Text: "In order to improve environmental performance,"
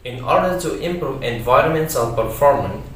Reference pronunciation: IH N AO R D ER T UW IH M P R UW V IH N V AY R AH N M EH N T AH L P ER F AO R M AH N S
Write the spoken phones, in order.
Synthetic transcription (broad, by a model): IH N AO R D ER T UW IH M P R UW V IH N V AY R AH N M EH N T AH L P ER F AO R M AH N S